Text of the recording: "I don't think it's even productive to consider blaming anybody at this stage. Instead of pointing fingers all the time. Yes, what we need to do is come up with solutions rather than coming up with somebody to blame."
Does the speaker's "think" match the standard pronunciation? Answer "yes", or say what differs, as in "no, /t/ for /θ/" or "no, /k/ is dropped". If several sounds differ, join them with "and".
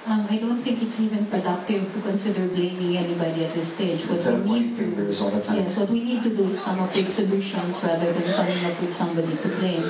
no, /t/ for /θ/